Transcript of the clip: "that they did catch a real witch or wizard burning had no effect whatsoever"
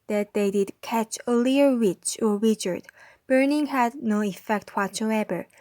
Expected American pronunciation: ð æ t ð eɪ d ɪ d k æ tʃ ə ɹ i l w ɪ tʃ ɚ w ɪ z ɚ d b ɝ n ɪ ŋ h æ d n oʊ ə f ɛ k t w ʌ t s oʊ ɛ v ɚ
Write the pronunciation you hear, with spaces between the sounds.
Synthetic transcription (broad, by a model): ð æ t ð eɪ d ɪ d k æ tʃ ə l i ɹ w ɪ tʃ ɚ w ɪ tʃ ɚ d b ɝ n ɪ ŋ h æ d n oʊ ə f ɛ k t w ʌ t s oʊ ɛ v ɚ